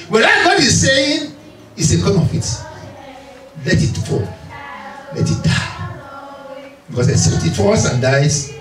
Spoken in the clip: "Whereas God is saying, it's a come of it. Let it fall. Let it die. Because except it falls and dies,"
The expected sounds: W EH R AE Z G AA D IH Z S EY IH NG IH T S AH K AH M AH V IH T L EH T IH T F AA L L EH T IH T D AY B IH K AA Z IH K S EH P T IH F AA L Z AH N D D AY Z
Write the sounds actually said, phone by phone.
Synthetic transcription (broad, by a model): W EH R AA G AA D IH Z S EY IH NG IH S AH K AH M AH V IH T L EH T IH T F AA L L EH T IH T D AY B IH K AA S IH S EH T IH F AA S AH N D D AY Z